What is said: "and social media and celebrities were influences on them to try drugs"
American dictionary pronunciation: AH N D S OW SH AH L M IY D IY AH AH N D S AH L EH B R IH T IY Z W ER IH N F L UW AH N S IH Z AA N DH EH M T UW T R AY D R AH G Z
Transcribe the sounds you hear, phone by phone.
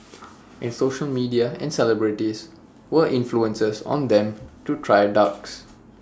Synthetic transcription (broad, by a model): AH N S OW SH AH L M IY D IY AH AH N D S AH L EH B R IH T IY S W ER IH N F L UW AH N S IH S AA N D EH M T UW T R AY D AA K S